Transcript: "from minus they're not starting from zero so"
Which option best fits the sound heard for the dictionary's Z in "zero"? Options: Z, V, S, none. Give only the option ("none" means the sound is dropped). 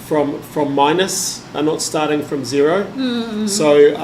Z